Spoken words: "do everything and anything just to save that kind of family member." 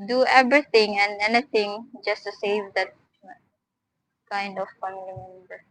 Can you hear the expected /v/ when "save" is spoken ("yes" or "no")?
yes